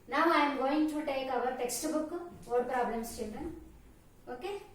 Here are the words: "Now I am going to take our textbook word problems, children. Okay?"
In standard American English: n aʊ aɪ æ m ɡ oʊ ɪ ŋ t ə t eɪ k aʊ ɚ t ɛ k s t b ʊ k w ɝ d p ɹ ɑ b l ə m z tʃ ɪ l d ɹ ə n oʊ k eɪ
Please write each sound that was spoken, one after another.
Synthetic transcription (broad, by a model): n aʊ aɪ m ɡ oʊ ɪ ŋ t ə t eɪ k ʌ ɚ t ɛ k s t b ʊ k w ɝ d p ɹ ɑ b l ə m s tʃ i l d ə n oʊ k eɪ